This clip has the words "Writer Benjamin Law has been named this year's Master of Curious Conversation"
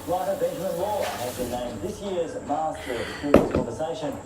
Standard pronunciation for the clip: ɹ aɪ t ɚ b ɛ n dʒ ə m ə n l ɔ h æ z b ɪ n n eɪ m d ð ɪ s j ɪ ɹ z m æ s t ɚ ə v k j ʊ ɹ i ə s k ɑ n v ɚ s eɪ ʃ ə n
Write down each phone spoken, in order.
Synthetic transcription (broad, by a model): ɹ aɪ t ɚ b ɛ n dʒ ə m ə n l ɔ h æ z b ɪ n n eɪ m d ð ɪ s j ɪ ɹ z m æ s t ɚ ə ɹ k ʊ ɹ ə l k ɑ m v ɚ s eɪ ʃ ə n